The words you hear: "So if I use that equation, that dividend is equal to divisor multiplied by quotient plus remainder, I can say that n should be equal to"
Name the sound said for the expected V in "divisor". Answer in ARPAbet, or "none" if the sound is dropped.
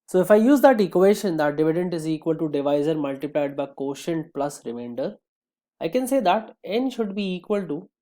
V